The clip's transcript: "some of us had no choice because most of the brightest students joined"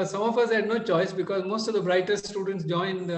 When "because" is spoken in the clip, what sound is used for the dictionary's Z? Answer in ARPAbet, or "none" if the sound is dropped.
Z